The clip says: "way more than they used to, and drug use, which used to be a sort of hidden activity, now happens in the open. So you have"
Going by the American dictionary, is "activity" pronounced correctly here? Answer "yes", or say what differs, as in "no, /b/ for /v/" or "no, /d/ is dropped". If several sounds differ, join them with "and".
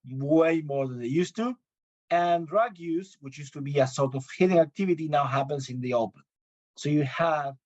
yes